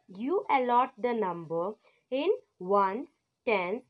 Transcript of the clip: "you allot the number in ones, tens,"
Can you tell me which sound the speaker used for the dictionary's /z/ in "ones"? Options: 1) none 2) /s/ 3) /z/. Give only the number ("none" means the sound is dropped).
1